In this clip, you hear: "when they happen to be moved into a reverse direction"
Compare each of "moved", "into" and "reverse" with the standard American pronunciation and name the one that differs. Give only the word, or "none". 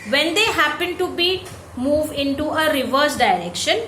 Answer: none